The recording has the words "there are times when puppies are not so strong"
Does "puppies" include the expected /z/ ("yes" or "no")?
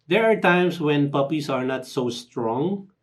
no